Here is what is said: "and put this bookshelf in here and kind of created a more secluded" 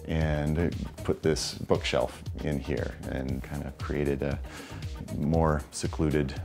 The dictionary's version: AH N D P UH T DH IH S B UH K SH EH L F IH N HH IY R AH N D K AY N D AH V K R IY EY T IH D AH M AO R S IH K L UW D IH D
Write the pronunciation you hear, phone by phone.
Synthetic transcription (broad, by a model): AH N P UH T DH IH S B UH K SH EH L F IH N HH IY R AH N K AY N D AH K R IY EY T IH D AH M AO R S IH K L UW D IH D